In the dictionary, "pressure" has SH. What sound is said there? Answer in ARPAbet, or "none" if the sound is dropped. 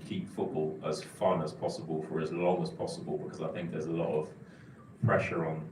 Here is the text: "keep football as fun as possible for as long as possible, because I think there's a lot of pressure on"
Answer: SH